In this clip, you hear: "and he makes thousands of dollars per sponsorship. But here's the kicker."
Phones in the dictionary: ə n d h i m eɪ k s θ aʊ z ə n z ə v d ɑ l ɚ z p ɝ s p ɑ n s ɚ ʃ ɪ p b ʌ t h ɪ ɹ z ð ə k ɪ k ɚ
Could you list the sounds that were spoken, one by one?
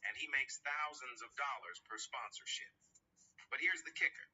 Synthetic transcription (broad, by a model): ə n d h i m eɪ k s θ aʊ z ə n z ə v d ɑ l ɚ z p ɝ s p ɑ n s ɚ ʃ ɪ p b ʌ t h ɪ ɹ z ð ə k ɪ k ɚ